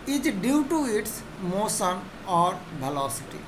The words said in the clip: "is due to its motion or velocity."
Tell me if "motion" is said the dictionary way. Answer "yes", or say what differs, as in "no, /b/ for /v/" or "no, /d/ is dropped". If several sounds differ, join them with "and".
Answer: no, /s/ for /ʃ/